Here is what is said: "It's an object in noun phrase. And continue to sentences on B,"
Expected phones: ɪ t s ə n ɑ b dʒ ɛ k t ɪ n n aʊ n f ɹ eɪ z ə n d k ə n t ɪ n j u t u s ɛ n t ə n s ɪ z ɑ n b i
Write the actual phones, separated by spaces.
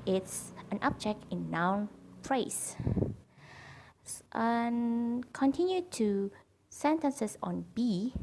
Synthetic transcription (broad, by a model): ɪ t s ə n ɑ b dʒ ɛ k t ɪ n n aʊ n p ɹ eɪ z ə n k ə n t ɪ n j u t u s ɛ n t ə n s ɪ s ɑ n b i